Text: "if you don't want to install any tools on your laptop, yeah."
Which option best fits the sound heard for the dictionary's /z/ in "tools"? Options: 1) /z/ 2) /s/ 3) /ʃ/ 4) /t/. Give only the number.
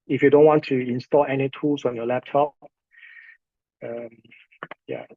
2